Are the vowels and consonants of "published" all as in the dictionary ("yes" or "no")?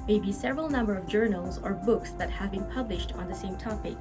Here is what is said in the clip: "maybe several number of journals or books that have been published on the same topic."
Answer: yes